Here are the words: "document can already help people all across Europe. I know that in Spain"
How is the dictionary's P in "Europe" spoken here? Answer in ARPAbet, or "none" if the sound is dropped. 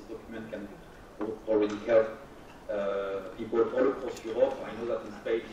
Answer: none